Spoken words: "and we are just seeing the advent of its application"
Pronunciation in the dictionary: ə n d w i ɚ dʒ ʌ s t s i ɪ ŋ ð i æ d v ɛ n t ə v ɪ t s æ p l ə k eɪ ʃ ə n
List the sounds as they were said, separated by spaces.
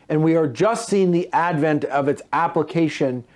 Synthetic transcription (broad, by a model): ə n w i ɚ dʒ ʌ s t s i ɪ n ð i æ d v ɛ n t ə v ɪ t s æ p l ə k eɪ ʃ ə n